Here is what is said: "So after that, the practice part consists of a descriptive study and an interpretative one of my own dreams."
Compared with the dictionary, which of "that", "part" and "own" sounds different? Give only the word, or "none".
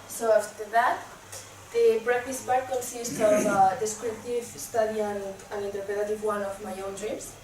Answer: part